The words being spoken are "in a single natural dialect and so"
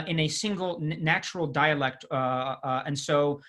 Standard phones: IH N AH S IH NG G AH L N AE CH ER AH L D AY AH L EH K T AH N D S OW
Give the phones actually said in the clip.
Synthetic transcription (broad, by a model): IH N AH S IH NG G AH L N AE CH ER L D AY AH L EH K T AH N S OW